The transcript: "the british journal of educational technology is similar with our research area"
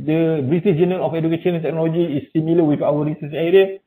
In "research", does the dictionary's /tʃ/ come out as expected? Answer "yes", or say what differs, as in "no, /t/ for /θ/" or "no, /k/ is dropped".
no, /s/ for /tʃ/